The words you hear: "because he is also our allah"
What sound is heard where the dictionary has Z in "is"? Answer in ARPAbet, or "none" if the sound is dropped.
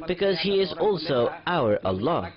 Z